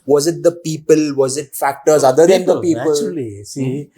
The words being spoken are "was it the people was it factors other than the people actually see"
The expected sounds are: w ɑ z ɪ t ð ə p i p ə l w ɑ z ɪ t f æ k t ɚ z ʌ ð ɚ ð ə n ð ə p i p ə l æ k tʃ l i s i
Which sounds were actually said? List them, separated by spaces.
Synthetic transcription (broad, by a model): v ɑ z ɪ t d ə p i p ə l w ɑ z ɪ t f æ k t ɚ z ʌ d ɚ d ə n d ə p i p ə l l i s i